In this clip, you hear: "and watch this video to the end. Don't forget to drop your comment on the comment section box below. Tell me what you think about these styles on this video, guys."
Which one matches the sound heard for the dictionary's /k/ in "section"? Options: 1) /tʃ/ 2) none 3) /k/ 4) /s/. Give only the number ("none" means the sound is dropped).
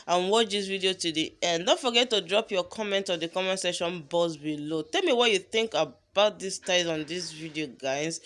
2